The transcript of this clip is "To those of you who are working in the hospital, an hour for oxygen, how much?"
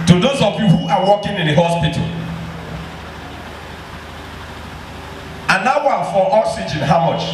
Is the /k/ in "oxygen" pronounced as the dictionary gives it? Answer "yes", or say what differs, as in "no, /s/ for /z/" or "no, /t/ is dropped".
no, /k/ is dropped